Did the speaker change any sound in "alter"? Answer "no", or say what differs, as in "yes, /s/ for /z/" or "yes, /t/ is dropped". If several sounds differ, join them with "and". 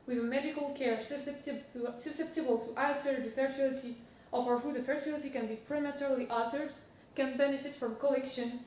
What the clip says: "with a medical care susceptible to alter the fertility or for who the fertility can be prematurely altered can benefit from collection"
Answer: yes, /l/ is dropped